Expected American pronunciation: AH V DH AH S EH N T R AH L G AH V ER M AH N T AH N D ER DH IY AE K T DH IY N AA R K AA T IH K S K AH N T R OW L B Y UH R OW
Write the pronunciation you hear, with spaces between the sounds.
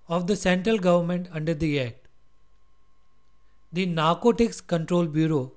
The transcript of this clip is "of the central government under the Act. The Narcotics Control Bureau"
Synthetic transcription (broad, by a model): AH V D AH S EH N T R AH L G AH V ER M AH N T AH N D ER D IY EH T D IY N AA R K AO T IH K S K AH N T R OW L B Y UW R OW